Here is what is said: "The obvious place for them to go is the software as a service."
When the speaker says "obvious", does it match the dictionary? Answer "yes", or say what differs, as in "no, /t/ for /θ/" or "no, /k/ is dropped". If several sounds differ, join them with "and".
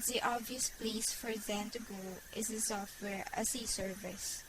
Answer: yes